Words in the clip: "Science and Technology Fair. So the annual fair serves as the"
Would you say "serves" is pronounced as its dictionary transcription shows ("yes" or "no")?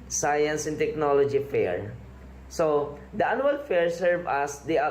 no